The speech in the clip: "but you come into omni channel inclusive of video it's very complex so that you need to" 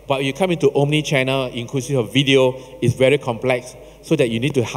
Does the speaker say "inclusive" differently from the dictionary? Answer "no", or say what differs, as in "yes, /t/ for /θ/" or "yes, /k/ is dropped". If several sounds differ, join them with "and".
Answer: yes, /v/ is dropped